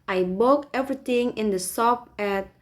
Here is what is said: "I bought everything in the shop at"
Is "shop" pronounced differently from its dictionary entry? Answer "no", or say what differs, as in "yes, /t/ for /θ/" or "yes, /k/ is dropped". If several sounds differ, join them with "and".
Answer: yes, /s/ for /ʃ/